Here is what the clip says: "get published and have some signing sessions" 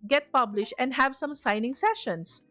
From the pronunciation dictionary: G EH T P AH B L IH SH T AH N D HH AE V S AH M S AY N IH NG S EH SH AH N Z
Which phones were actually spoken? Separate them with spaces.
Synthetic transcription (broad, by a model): G EH T P AH B L IH SH T AH N D HH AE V S AH M S AY N IH NG S EH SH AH N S